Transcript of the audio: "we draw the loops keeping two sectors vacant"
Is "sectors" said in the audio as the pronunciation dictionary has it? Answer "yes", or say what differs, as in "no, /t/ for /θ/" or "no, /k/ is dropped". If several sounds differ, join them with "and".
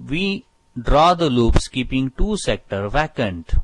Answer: no, /z/ is dropped